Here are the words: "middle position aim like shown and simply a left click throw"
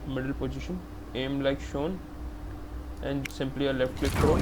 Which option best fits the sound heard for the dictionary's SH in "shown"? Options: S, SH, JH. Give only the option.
SH